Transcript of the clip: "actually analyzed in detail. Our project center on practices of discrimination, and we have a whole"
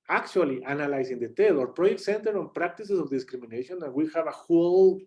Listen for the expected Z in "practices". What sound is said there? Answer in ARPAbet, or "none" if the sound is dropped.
S